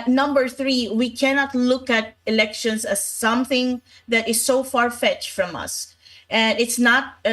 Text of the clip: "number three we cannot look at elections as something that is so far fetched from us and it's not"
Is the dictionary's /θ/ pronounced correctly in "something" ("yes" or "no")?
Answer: yes